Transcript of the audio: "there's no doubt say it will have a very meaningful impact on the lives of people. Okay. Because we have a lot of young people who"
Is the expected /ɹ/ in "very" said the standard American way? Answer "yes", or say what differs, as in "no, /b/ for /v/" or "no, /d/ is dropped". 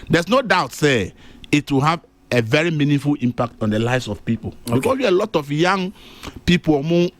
yes